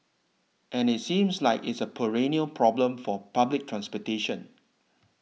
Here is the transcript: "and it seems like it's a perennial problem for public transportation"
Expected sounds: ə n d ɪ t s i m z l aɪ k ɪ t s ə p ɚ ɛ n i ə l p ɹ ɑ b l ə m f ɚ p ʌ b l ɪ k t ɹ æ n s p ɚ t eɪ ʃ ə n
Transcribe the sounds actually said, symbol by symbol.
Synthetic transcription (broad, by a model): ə n ɪ t s i m s l aɪ k ɪ t s ə p ɚ ɛ n i ə l p ɹ ɑ b l ə m f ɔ p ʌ b l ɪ k t ɹ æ n s p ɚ t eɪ ʃ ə n